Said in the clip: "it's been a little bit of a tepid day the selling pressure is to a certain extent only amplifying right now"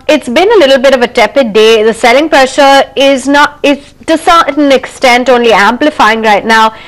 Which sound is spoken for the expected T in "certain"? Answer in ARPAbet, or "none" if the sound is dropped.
S